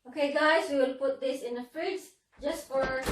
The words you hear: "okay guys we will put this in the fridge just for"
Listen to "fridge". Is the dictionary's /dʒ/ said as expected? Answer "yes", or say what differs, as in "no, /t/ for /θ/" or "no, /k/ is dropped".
no, /z/ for /dʒ/